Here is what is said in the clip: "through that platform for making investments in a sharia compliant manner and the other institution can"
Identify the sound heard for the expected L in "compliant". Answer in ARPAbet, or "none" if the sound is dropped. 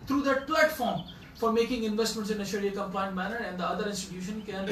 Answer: none